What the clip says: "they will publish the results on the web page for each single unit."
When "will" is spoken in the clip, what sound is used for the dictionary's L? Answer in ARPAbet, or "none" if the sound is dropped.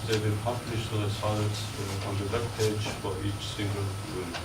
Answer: N